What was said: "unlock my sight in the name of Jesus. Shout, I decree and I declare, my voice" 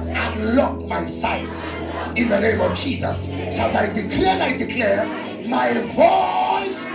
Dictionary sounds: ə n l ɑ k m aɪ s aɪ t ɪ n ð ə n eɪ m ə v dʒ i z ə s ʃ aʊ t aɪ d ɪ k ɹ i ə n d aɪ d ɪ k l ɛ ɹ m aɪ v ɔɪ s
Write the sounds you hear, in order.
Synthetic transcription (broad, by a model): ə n l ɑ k m aɪ s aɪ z ɪ n ð ə n eɪ m ə v dʒ i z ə s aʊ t aɪ d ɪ k l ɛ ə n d aɪ d ɪ k l ɛ ɹ m aɪ v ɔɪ s